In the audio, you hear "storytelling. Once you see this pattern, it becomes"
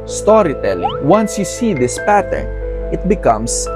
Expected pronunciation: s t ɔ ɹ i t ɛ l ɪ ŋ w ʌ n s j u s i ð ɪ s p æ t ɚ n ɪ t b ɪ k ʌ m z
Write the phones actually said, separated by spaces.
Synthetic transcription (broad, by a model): s t ɔ ɹ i t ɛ l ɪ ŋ w ʌ n s j u s i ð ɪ s p æ t ɚ n ɪ t b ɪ k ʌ m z